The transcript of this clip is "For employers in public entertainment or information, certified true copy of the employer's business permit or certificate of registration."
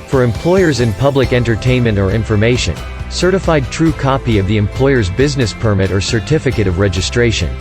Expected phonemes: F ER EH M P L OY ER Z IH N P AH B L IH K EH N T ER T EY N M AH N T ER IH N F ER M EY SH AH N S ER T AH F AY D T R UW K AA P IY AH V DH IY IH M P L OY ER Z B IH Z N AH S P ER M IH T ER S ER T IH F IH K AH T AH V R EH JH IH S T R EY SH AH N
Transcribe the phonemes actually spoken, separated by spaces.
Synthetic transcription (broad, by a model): F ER EH M P L OY ER Z IH N P AH B L IH K EH N T ER T EY N M AH N T ER IH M F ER M EY SH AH N S ER T AH F AY D T R UW K AA P IY AH V DH IY IH M P L OY ER Z B IH Z N AH S P ER M IH T ER S ER T IH F IH K AH T AH V R EH JH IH S T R EY SH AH N